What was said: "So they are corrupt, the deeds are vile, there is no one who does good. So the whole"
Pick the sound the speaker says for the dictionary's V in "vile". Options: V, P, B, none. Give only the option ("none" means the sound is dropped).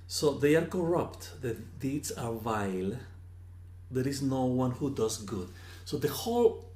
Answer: V